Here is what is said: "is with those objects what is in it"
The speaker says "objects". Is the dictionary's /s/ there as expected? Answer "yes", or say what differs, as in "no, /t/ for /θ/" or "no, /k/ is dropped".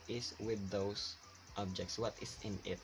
yes